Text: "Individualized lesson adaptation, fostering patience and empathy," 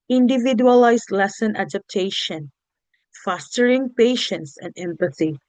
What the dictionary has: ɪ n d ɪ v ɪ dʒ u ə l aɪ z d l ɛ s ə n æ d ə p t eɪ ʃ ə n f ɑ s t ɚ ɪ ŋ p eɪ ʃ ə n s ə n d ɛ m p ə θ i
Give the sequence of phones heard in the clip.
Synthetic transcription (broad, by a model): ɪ n d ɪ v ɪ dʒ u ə l aɪ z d l ɛ s ə n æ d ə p t eɪ ʃ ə n f ɑ s t ɚ ɪ ŋ p eɪ ʃ ə n s ə n d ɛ m p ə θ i